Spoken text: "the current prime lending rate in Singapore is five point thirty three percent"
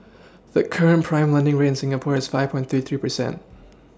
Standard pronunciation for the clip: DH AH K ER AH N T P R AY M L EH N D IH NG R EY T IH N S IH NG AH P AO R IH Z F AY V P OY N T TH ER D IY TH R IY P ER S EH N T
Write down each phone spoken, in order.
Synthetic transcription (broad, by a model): DH AH K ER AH N P R AY M L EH N D IH NG R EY IH N S IH NG AH P AO R IH Z F AY V P OY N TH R IY TH R IY P ER S EH N T